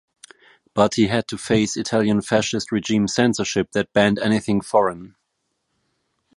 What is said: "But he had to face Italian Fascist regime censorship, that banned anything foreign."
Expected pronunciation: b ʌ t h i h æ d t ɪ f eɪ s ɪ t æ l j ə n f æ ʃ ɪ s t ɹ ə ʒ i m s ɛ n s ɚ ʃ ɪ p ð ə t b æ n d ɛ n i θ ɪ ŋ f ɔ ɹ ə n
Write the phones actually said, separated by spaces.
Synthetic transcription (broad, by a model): b ʌ t h i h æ d t ɪ f eɪ s ɪ t æ l j ə n f æ ʃ ɪ s t ɹ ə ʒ i m s ɛ n s ɚ ʃ ɪ p ð ə t b æ n d ɛ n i θ ɪ ŋ f ɔ ɹ ə n